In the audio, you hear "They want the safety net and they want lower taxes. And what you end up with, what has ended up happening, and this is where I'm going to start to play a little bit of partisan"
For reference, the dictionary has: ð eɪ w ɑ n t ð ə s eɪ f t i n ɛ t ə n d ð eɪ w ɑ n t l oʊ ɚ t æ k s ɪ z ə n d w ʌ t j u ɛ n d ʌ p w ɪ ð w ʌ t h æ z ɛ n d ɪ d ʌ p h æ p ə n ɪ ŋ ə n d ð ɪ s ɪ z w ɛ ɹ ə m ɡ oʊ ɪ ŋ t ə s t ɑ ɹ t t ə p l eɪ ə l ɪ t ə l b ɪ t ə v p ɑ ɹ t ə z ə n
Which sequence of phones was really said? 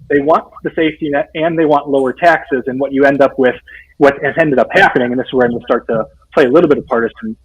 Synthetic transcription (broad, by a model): ð eɪ w ɑ n ð ə s eɪ f t i n ɛ t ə n ð eɪ w ɑ n t l oʊ ɚ t æ k s ɪ z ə n w ʌ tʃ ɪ ɛ n d ʌ p w ɪ ð w ʌ t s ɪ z ɛ n d ɪ d ʌ p h æ p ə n ɪ ŋ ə n ð ɪ s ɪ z w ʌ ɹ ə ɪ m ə s t ɑ ɹ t t ə p l eɪ ə l ɪ t l b ɪ t ə v p ɑ ɹ t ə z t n